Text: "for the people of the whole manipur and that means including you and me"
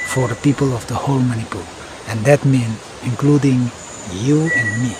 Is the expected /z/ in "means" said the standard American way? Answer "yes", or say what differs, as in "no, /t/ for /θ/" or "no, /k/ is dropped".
no, /z/ is dropped